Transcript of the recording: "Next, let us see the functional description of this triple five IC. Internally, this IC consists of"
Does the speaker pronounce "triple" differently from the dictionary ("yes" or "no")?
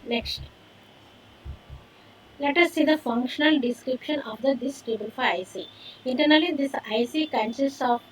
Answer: yes